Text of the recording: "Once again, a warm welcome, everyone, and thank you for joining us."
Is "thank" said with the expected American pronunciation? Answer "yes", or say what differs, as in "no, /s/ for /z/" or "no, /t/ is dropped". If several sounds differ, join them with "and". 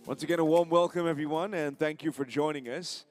yes